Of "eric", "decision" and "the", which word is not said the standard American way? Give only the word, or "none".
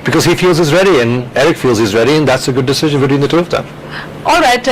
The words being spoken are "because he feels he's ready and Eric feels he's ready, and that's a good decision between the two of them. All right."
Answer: none